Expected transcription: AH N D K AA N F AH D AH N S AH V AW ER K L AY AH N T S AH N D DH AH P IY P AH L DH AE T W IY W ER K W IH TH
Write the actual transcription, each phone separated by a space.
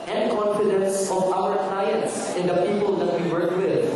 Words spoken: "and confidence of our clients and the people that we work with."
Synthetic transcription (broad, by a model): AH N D K AA N F AH D AH N S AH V AW ER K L AY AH N S AH N D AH P IY P AH L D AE T W IY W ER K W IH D